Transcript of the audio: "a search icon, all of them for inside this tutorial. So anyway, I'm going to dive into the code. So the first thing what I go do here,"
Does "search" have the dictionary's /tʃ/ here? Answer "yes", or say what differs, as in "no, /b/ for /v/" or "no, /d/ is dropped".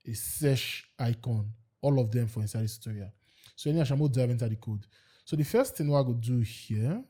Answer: no, /ʃ/ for /tʃ/